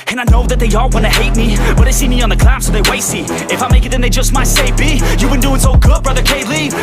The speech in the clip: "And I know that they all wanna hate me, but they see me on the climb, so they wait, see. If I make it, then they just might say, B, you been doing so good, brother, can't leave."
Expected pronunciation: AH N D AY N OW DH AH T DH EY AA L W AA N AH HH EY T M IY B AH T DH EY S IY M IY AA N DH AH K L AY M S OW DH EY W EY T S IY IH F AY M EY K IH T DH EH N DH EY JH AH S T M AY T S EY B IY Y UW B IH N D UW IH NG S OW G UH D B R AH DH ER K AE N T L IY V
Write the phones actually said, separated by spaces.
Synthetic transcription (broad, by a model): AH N AY N OW DH AH T DH EY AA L W AA N AH HH EY T M IY B AH T DH EY S IY M IY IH N DH AH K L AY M S OW DH EY W EY T S IY IH F AY M EY K IH T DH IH N DH EY JH AH S T M AY T S EY B IY Y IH B IH N D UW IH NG S OW G UH D B R AH DH ER K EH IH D L IY